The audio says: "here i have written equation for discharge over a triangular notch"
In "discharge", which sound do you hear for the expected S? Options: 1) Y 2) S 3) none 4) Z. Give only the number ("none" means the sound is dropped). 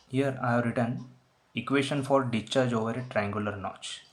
3